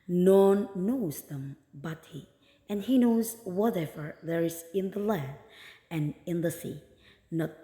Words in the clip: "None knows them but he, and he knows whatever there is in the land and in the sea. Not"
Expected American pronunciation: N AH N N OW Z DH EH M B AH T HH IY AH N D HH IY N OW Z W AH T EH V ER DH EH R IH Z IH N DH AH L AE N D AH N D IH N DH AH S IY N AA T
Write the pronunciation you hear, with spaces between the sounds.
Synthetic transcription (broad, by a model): N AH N N OW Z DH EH M B AH T HH IY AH N HH IY N OW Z W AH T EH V ER DH EH R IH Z IH N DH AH L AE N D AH N IH N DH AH S IY N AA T